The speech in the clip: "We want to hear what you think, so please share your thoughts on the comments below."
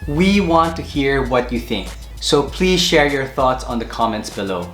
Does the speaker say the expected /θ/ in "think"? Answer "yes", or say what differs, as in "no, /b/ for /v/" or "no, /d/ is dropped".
yes